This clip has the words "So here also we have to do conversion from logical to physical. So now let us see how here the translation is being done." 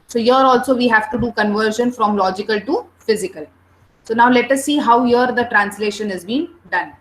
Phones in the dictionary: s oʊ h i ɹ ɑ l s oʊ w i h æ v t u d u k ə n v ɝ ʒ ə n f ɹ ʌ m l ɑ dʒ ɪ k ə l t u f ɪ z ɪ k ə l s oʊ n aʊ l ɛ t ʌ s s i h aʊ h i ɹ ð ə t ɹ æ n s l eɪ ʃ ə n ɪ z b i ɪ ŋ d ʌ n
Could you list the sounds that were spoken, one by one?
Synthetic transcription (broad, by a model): s oʊ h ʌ ɹ ɑ l s oʊ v i h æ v t u d u k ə n v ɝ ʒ ə n f ɹ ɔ m l ɑ dʒ ɪ k ə l t u f ɪ z ɪ k ə l s oʊ n aʊ l ɛ t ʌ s s i h aʊ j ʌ ɹ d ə t ɹ æ n s l eɪ ʃ ə n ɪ z b i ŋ d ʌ n